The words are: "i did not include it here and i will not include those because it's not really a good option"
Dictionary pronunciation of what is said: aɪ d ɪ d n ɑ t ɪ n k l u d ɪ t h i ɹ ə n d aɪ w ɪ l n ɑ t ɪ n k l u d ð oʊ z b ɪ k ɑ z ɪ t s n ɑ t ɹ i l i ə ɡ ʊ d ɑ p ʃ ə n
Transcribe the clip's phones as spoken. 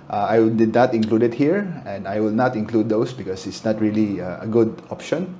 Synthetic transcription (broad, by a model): aɪ d ɪ d n ɑ t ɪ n k l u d ɪ t h i ɹ ə n d aɪ w ɪ l n ɑ t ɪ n k l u d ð oʊ s b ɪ k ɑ s ɪ t s n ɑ t ɹ i l i ə ɡ ʊ d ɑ p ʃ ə n